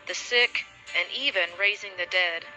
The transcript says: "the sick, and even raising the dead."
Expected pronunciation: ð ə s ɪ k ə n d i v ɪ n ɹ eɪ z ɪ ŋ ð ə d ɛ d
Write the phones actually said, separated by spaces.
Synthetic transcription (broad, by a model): ð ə s ɪ k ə n i v ɪ n ɹ eɪ z ɪ ŋ ð ə d ɛ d